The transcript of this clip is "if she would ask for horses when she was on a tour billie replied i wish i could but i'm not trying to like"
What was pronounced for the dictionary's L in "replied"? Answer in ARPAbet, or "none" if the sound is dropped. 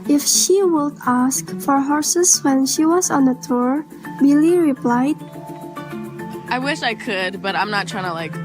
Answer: L